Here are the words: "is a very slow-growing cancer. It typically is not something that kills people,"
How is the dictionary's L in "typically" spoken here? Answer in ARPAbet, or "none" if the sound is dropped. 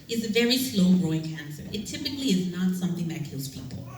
L